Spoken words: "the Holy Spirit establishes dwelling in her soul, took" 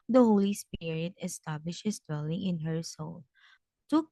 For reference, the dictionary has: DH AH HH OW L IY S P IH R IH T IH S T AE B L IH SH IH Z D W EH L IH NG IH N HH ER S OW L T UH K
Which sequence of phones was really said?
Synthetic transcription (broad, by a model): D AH HH OW L IY S P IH R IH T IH S T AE B L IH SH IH S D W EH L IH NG IH N HH ER S OW L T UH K